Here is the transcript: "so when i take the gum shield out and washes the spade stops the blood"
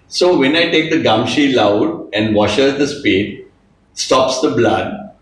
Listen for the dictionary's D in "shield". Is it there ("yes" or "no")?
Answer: no